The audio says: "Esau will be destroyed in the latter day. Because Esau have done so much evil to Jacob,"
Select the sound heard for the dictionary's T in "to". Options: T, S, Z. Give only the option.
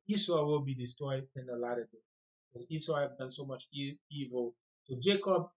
S